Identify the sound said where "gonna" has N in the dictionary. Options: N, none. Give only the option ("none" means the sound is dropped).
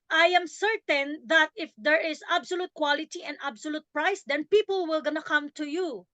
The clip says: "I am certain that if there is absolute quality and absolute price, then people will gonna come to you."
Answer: N